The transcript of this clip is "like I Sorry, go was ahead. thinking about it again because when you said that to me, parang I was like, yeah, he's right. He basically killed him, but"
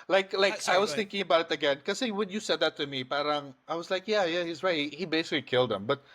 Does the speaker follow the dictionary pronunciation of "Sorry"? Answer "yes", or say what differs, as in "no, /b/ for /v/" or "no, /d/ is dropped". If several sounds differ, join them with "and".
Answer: no, /ɹ/ is dropped